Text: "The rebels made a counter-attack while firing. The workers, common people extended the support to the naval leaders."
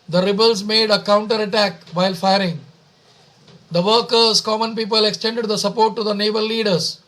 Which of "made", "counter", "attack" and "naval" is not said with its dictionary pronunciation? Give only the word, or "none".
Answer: naval